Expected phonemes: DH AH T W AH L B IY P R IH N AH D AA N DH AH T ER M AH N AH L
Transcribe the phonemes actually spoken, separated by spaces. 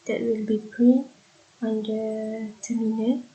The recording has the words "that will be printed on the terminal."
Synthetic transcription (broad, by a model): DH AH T W AH L B IY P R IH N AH AA N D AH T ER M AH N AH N